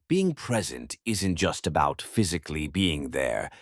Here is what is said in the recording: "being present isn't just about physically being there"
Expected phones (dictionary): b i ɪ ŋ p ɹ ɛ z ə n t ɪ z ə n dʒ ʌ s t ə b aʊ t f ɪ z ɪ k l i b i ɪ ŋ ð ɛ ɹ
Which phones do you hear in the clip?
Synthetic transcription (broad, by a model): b i ɪ ŋ p ɹ ɛ z ə n t ɪ z ə n dʒ ʌ s t ə b aʊ t f ɪ z ɪ k l i b i ɪ ŋ ð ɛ ɹ